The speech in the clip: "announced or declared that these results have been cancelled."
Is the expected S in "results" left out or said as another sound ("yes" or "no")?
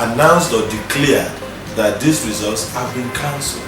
no